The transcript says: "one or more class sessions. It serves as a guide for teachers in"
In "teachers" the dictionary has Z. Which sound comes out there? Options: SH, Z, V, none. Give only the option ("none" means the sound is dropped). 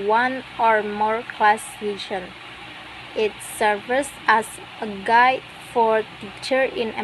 none